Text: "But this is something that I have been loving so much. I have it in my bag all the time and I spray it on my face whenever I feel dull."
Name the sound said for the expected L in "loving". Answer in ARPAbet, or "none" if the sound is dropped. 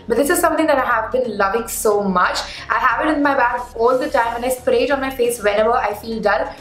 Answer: L